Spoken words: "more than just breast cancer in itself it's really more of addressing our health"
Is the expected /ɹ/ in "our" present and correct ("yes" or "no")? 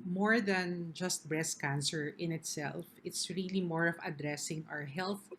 yes